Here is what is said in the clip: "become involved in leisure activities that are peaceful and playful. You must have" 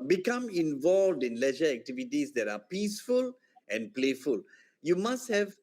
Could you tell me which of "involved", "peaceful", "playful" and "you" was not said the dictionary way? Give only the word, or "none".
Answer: none